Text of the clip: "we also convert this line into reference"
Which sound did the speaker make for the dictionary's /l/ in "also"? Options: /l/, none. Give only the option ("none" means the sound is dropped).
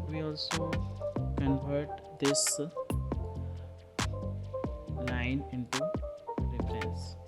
/l/